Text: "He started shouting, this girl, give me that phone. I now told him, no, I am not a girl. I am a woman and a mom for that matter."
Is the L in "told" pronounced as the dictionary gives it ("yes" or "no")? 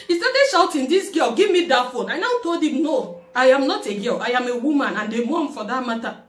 yes